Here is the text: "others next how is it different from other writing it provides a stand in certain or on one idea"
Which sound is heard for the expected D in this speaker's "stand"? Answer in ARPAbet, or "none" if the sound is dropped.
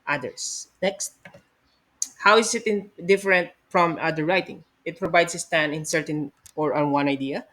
none